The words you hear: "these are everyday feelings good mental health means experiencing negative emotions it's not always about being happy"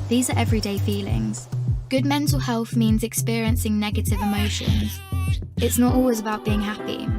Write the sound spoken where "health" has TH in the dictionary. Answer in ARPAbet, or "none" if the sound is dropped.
TH